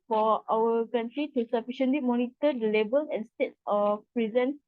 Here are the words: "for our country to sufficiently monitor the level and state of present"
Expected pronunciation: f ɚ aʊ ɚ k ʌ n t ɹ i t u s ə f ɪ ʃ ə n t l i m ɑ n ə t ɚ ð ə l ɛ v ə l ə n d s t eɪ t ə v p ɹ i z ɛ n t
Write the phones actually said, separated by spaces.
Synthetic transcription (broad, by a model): f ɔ aʊ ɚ k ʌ n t ɹ i t u s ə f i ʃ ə n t l i m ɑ n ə t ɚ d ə l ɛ b ə l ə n s t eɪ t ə p ɹ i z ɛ n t